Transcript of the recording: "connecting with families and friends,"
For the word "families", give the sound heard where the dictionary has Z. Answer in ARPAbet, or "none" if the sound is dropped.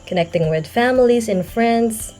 Z